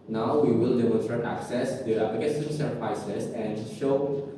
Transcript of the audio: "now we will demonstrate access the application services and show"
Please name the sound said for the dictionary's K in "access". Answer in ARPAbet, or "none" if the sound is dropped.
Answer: K